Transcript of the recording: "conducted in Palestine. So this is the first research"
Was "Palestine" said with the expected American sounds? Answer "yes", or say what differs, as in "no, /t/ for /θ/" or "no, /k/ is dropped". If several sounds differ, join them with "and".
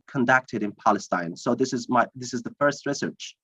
yes